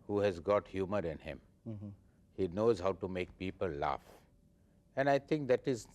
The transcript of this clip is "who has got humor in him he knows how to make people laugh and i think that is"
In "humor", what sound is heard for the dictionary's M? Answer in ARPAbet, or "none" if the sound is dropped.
M